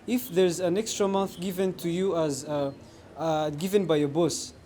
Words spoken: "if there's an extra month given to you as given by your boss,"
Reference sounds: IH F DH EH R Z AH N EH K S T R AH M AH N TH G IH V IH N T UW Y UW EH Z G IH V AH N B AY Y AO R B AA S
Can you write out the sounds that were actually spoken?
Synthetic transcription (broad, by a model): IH F DH EH R Z AH N EH K S T R AH M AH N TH G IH V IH N T UW Y UW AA Z G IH V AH N B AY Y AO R B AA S